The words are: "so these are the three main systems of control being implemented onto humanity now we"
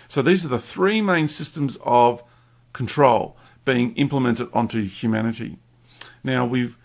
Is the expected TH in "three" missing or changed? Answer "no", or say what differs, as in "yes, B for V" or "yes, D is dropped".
no